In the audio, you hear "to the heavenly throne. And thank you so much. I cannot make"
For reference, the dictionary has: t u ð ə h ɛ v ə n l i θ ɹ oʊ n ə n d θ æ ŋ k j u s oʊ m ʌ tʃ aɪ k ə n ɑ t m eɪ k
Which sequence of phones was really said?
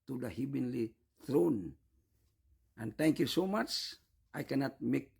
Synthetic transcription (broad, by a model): t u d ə h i b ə n l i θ ɹ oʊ n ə n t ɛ ŋ k j u s oʊ m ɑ tʃ aɪ k ə n ɑ t m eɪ k